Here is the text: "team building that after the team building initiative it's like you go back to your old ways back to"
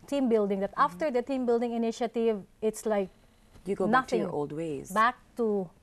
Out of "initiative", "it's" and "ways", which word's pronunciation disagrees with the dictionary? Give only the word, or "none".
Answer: none